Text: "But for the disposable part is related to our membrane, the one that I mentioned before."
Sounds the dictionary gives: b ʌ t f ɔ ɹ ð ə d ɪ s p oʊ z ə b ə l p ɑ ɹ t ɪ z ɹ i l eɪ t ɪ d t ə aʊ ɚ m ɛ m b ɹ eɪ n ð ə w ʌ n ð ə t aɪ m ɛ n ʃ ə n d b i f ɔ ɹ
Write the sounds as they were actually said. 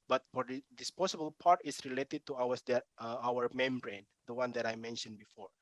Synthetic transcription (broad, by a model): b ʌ t f ɔ ɹ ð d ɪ s p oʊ s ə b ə l p ɑ ɹ t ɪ s ɹ i l eɪ t ɪ d t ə aʊ ɚ m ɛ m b ɹ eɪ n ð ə w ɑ n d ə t aɪ m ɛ n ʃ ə n b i f ɔ ɹ